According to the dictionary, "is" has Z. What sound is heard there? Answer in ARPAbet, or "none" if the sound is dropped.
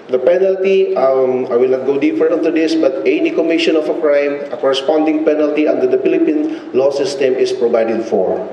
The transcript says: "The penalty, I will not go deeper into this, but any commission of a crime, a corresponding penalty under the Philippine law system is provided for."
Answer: S